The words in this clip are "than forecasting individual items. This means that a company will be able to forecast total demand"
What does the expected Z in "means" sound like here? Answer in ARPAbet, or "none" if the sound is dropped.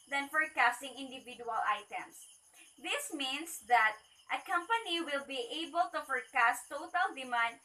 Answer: S